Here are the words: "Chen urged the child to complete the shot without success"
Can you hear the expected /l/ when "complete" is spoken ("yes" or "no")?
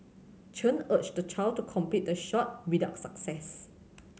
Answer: no